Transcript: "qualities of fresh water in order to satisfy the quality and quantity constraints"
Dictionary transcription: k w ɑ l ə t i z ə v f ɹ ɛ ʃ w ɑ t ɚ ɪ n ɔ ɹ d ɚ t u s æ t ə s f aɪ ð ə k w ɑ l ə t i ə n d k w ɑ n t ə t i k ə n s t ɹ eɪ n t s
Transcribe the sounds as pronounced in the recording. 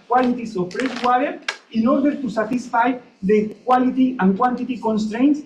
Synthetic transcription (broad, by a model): k w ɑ l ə t i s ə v p ɹ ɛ s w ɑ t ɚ ɪ n ɔ ɹ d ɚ t u s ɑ t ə s f aɪ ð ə k w ɑ l ə t i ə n k w ɑ n t ə t i k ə n s t ɹ eɪ n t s